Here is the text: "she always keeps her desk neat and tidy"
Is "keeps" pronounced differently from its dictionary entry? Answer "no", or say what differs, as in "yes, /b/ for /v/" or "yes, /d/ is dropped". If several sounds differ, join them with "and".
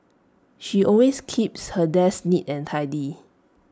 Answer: no